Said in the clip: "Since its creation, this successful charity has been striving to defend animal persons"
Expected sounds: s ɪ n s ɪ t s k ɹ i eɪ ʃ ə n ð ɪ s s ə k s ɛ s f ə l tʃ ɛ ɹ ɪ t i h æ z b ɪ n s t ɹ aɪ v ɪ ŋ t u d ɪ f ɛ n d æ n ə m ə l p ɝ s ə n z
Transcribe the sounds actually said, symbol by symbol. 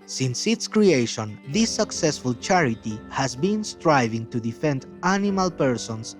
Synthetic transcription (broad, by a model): s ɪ n s ɪ t s k ɹ i eɪ ʃ ə n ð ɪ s s ə k s ɛ s f ə l tʃ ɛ ɹ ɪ t i h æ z b ɪ n s t ɹ aɪ v ɪ ŋ t u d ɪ f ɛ n d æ n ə m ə l p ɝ s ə n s